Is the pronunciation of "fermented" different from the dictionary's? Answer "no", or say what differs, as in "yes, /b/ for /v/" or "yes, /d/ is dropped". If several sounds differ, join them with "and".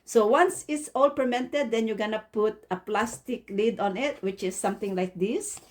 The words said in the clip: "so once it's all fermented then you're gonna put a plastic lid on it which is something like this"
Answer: yes, /p/ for /f/